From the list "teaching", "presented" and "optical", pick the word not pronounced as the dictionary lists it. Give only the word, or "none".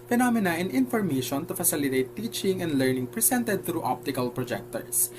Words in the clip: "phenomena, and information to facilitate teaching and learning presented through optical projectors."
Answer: presented